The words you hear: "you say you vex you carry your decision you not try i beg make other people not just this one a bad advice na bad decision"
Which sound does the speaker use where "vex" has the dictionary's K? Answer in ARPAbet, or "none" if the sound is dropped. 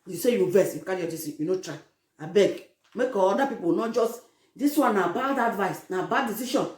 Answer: none